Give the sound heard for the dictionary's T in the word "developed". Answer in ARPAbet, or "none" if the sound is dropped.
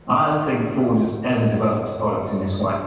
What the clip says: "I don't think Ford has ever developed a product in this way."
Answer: T